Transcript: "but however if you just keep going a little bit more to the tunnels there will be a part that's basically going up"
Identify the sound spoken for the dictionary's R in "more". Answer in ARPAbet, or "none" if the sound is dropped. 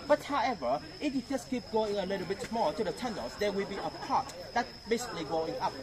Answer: L